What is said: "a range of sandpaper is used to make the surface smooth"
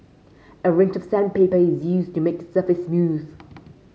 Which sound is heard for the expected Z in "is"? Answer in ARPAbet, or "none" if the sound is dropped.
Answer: Z